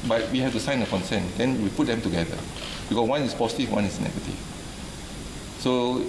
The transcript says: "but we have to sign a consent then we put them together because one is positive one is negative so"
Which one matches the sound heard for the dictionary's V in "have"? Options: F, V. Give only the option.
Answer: F